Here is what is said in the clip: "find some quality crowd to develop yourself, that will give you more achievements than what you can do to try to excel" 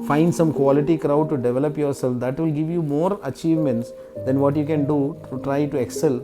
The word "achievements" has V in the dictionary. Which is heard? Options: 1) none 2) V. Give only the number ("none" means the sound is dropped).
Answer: 2